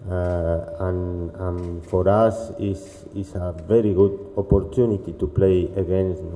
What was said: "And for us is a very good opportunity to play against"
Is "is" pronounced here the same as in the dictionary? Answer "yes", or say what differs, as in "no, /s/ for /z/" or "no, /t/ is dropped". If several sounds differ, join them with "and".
no, /s/ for /z/